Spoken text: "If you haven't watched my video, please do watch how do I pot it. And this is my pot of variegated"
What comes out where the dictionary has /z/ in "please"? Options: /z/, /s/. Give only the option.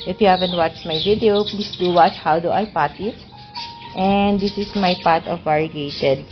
/s/